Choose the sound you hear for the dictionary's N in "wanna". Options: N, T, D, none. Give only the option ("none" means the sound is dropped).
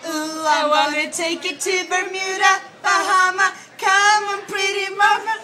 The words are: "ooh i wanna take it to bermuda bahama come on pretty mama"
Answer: none